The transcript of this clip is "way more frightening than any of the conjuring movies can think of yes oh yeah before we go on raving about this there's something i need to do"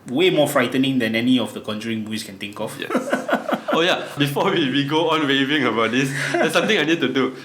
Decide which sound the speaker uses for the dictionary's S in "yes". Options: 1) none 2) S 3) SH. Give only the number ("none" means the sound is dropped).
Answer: 1